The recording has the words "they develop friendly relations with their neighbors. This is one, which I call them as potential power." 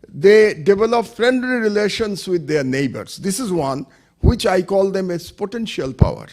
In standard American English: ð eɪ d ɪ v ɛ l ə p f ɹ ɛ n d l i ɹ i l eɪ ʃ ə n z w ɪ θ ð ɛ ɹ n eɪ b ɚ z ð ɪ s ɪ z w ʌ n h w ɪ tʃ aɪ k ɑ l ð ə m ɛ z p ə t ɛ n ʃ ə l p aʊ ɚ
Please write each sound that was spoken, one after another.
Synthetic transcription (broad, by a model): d eɪ d ɪ v ɛ l ə p f ɹ ɛ n d l i ɹ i l eɪ ʃ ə n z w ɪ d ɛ ɹ n eɪ b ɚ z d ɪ s ɪ z w ʌ n h w ɪ tʃ aɪ k ɑ l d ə m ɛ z p ə t ɛ n ʃ ə l p aʊ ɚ